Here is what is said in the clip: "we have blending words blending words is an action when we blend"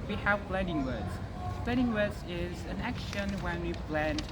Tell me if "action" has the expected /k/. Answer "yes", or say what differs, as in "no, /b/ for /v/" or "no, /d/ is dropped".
yes